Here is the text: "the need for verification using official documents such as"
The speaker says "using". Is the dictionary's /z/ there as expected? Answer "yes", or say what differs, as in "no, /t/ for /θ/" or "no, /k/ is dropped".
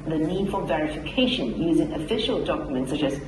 yes